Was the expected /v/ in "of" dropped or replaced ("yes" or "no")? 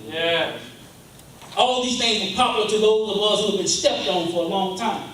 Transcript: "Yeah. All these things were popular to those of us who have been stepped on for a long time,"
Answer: yes